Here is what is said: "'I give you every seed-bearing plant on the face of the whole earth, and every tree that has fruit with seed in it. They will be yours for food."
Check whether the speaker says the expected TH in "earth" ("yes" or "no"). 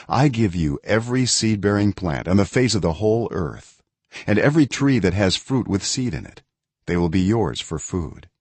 yes